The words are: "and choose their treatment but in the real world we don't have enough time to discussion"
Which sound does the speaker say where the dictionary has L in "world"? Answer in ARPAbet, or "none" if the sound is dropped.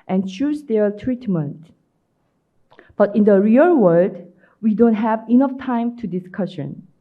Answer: none